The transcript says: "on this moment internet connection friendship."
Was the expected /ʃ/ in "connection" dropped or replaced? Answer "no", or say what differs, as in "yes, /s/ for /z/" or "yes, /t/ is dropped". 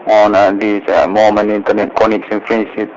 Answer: yes, /s/ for /ʃ/